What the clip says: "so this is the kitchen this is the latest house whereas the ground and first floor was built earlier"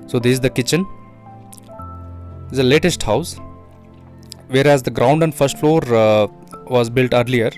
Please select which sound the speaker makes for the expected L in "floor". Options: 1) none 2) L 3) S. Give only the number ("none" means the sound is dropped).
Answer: 2